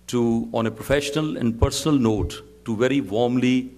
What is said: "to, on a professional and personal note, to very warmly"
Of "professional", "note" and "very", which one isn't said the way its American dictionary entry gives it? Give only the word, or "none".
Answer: none